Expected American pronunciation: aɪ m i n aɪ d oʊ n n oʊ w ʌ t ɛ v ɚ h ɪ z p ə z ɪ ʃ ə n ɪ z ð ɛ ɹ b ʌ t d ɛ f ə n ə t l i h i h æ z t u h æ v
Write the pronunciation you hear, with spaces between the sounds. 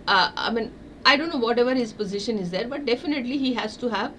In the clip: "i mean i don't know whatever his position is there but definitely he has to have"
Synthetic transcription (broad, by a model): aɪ m i n aɪ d oʊ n n oʊ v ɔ t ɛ v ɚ h ɪ z p ə z ɪ ʃ ə n ɪ z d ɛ ɹ b ʌ t d ɛ f ə n ə t l i h i h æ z t u h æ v